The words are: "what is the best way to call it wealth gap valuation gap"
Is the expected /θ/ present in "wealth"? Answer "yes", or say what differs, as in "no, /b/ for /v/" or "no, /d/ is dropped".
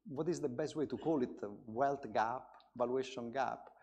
no, /t/ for /θ/